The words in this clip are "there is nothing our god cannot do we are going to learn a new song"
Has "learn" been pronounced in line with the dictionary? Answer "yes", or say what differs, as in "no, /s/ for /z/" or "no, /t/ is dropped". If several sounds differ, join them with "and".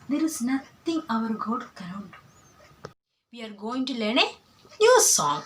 yes